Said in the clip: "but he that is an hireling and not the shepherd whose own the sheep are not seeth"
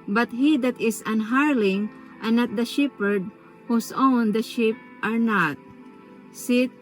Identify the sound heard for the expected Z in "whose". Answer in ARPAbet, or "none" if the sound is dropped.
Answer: S